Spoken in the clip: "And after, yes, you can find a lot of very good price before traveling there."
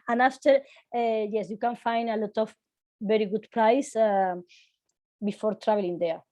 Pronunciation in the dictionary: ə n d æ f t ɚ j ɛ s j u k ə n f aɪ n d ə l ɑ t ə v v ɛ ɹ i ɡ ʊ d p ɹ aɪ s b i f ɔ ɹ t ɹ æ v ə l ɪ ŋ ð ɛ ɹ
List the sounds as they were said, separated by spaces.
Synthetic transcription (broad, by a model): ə n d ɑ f t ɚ j ɛ s j u k ə n f aɪ n d ə l ɑ t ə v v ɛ ɹ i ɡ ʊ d p ɹ aɪ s b i f ɔ ɹ t ɹ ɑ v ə l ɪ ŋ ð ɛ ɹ